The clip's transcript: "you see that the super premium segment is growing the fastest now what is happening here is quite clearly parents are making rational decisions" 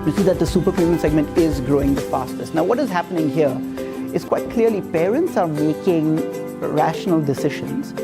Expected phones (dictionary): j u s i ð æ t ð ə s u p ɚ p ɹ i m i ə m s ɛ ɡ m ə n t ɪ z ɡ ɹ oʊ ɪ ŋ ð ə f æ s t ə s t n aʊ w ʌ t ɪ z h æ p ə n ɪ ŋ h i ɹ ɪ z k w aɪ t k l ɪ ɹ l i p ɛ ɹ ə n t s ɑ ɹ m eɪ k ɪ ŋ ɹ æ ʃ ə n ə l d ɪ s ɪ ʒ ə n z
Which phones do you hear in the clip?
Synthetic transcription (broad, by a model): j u s i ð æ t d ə s u p ɚ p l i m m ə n s ɛ ɡ m ə n t ɪ z ɡ ɹ oʊ ɪ ŋ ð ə f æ s t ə s t n aʊ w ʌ t ɪ z h æ p ə n ɪ ŋ h i ɹ ɪ z k w aɪ t k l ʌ ɹ l i p ɛ ɹ ə n t s ɑ ɹ m eɪ k ɪ ŋ ɹ æ ʃ ə n ə l d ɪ s ɪ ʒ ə n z